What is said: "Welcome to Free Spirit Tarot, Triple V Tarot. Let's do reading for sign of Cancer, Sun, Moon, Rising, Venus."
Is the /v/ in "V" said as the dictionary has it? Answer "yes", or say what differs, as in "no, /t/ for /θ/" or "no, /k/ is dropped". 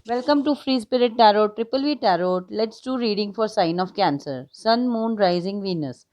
yes